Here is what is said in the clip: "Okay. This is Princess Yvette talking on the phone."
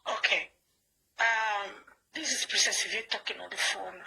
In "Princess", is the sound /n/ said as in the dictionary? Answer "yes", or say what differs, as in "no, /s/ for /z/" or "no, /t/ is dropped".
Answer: no, /n/ is dropped